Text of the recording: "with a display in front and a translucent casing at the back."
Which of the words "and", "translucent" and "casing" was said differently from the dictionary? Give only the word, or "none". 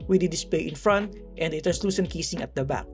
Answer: translucent